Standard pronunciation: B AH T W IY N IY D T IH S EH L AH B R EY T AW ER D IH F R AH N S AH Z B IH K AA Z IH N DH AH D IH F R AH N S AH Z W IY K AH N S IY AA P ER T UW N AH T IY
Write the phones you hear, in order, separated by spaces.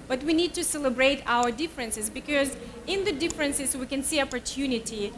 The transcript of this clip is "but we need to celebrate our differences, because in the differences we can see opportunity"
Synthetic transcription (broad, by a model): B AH T W IY N IY D T IH S EH L AH B R EY T AW ER D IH F R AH N S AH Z B IH K AA Z IH N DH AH D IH F R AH N S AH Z W IY K AH N S IY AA P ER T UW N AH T IY